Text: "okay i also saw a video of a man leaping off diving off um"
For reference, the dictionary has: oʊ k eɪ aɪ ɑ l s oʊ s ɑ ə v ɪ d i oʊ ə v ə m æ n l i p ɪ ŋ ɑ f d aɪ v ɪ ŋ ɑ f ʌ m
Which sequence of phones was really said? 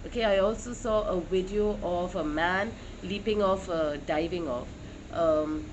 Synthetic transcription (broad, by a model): oʊ k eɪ aɪ ɑ l s oʊ s ɑ ə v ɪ d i oʊ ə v ə m æ n l i p ɪ ŋ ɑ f d aɪ v ɪ ŋ ɑ f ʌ m